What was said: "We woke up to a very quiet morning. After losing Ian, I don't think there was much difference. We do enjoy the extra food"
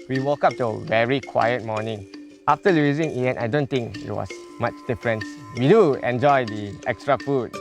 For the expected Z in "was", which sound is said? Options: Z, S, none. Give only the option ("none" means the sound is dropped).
S